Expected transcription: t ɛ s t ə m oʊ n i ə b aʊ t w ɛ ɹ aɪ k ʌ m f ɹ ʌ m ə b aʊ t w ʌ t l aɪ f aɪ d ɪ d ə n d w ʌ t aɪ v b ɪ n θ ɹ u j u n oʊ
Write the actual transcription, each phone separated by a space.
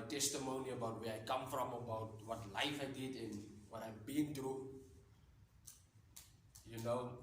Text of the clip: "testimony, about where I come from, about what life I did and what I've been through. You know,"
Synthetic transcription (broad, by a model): t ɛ s t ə m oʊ n i ə b aʊ t w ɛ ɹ aɪ k ʌ m f ɹ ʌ m ə b aʊ t w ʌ t l aɪ f aɪ d ɪ d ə n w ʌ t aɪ b ɪ n t ɹ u j u n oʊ